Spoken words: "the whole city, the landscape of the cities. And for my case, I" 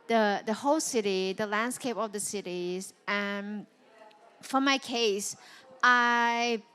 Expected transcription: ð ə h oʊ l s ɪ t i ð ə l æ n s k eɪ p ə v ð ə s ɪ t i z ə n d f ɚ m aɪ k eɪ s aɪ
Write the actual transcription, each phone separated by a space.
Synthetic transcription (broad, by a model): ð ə h oʊ l s ɪ t i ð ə l æ n s k eɪ p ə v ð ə s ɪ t i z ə n f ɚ m aɪ k eɪ s aɪ